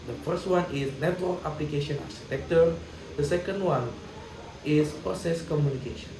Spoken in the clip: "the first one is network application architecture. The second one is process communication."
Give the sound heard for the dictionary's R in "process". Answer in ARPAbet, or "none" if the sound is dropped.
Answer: none